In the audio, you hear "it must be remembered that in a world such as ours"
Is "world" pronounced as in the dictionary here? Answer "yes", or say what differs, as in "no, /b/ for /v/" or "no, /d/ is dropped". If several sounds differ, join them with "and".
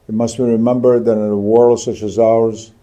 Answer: yes